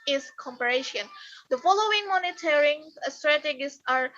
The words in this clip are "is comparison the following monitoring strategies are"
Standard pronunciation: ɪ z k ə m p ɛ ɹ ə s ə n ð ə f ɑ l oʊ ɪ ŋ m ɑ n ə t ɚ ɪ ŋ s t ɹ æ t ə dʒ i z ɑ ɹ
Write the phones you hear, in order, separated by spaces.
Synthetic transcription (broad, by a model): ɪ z k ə m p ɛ ɹ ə ʃ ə n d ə f ɑ l oʊ ɪ ŋ m ɑ n ə t ɚ ɪ ŋ s t ɹ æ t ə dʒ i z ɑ ɹ